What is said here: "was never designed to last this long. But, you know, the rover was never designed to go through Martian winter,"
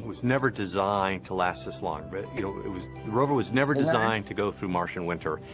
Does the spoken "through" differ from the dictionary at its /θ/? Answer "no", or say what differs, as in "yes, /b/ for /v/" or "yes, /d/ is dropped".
no